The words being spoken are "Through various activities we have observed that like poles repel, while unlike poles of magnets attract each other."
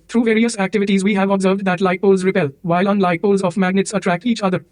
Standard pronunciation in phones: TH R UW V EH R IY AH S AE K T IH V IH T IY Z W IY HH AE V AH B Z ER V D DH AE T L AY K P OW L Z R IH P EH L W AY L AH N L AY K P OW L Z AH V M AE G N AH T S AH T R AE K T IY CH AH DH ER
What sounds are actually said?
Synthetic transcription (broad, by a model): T R UW V EH R IY AH S AE K T IH V IH T IY Z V IY HH AE V AH B Z ER V D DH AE T L AY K P OW L Z R IH P EH L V AY L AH N L AY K P OW L Z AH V M AE G N AH T S AH T R AE K T IY CH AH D ER